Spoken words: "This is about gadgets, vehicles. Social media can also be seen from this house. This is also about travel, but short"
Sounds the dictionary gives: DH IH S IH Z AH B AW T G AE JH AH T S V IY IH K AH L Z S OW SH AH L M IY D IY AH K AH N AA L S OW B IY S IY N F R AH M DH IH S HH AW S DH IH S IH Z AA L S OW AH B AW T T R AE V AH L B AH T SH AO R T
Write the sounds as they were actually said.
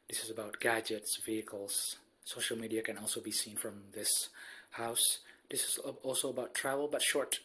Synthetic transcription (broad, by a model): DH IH S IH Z AH B AW T G AE JH AH T S V IY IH K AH L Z S OW SH AH L M IY D IY AH K AH N AA L S OW B IY S IY N F R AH M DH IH S HH AW S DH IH S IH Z AA L S OW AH B AW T T R AE V AH L B AH T SH AO R T